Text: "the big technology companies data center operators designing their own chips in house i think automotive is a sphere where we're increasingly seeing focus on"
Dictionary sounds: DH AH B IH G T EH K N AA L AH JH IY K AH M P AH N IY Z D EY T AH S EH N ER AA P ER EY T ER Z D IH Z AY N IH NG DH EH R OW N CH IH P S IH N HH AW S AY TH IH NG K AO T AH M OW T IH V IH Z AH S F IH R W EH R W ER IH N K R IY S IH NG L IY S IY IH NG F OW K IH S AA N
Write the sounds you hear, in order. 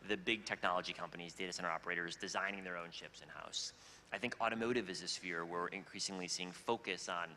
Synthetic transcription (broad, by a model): DH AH B IH G T EH K N AA L AH JH IY K AH M P AH N IY Z D EY T AH S EH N ER AA P ER EY T ER Z D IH Z AY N IH NG DH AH R OW N SH IH P S IH N HH AW S AY TH IH NG K AO T AH M OW T IH V IH Z AH S F IH R W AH R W IH N K R IY S IH NG L IY S IY IH NG F OW K IH S N